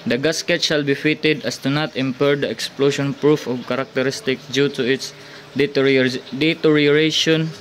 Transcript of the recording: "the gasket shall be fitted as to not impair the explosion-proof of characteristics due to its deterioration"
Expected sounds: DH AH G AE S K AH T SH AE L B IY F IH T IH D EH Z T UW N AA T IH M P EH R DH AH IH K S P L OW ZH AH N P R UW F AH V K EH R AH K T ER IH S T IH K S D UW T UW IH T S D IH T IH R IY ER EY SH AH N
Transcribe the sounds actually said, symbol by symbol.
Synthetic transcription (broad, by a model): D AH G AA S K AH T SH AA L B IY F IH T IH D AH S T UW N AA T IH M P EH R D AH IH K S P L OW SH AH N P R UW F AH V K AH R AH K T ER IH S T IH K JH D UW T UW IH T S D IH T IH R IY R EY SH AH N